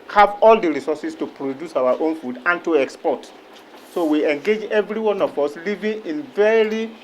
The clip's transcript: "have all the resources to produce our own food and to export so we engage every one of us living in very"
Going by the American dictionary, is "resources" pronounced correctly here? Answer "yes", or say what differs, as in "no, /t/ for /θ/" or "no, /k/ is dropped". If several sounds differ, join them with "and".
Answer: no, /s/ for /z/